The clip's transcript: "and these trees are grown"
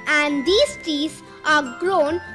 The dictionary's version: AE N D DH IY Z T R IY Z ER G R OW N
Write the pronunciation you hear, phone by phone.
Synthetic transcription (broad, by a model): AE N D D IY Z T IY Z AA G R OW N